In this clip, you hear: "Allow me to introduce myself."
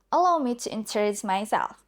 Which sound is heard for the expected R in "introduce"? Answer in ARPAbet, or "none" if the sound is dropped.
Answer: none